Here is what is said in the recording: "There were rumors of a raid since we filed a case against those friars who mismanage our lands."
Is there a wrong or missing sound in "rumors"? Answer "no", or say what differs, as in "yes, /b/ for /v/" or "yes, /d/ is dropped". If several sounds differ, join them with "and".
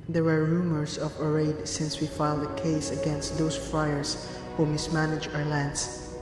yes, /s/ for /z/